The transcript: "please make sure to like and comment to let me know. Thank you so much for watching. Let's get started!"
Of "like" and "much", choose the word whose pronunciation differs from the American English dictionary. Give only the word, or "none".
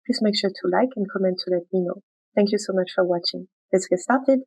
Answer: none